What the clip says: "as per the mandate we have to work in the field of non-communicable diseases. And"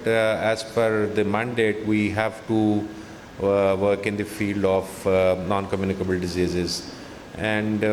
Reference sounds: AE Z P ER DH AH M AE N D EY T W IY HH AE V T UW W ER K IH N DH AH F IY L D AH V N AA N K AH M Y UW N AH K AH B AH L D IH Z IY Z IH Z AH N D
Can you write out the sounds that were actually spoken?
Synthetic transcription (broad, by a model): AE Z F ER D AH M AE N D EY T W IY HH AE V T UW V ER K IH N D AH F IY L D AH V N AA N K AH M Y UW N AH K AH B AH L D IH Z IY Z IH Z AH N D